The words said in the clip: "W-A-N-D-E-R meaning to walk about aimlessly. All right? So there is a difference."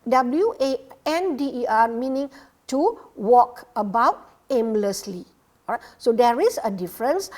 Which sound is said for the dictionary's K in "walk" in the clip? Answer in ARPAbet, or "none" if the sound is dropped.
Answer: K